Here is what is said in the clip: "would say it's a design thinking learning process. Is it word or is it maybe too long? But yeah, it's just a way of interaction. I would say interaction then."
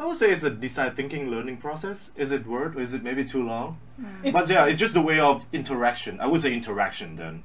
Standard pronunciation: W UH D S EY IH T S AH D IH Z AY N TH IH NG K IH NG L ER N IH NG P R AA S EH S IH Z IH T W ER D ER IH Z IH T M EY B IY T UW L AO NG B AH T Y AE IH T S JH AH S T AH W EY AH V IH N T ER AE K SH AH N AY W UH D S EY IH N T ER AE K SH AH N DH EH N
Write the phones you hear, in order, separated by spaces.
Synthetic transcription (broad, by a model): W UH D S EY IH T S AH D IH S AY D TH IH NG K IH NG L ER N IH NG P R AA S EH S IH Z IH T W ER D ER IH Z IH T M EY B IY T UW L AO NG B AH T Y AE IH T S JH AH S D AH W EY AH V IH N T ER AE K SH AH N AY W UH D S EY IH N T ER AE K SH AH N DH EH N